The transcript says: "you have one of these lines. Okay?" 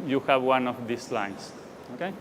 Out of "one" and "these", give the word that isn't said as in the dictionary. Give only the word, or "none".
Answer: these